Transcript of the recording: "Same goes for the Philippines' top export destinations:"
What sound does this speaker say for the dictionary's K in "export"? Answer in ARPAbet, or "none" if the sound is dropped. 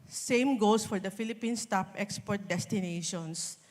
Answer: K